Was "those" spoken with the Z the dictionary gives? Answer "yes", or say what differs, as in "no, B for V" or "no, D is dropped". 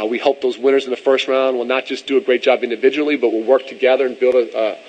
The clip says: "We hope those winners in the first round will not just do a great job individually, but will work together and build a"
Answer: yes